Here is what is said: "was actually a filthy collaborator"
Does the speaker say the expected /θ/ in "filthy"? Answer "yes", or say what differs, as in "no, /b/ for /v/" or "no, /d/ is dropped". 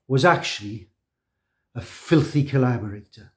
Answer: yes